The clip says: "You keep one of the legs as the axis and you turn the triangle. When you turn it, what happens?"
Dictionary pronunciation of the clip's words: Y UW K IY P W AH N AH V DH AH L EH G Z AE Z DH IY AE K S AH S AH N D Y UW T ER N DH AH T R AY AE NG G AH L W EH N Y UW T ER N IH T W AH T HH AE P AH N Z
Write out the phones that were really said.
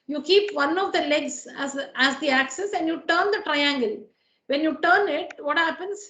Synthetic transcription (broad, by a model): Y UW K IY P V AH N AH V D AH L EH G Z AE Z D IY AE K S AH S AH N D Y UW T ER N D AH T R AY AE NG G AH L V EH N Y UW T ER N IH T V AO T HH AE P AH N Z